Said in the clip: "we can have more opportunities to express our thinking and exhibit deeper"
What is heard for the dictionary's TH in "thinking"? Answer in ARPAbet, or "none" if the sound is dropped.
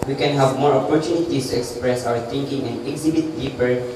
T